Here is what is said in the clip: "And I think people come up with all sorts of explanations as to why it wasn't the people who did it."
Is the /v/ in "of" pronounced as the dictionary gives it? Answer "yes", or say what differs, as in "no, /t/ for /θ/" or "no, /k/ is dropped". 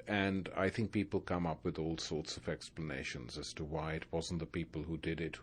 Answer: yes